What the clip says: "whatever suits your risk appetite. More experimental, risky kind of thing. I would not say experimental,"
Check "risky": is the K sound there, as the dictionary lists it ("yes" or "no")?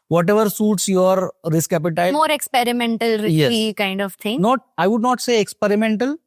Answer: no